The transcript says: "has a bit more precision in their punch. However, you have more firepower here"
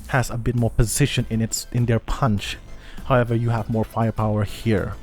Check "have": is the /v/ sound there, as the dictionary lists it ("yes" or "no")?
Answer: yes